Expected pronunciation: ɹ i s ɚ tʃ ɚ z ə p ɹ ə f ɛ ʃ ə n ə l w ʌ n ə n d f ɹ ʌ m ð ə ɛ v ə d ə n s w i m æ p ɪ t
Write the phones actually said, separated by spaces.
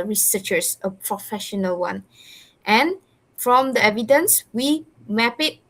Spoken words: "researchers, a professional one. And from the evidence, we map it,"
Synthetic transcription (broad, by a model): ɹ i s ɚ tʃ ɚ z ə p ɹ ə f ɛ ʃ ə n ə l w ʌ n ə n f ɹ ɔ m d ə ɛ v ə d ə n s w i m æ p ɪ t